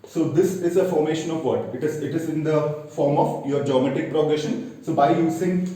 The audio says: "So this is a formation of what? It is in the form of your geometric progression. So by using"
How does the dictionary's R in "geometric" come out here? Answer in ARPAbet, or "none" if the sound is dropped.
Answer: none